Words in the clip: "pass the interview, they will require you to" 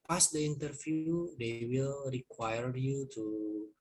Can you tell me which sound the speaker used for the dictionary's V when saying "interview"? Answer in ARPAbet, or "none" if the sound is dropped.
F